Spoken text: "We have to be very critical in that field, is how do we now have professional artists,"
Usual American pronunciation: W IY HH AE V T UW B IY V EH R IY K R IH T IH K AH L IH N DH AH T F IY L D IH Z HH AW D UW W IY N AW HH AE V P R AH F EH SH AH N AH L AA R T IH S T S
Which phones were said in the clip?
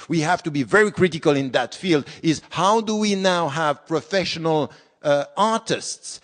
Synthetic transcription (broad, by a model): W IY HH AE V T UW B IY V EH R IY K R IH T IH K AH L IH N DH AH T F IY L D IH Z HH AW D UW W IY N AW HH AE V P R AH F EH SH AH N AH L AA R T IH S T S